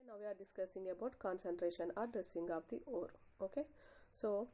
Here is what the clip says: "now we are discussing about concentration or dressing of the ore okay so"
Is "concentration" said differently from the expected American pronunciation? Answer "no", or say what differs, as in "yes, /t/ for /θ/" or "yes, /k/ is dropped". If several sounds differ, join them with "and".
no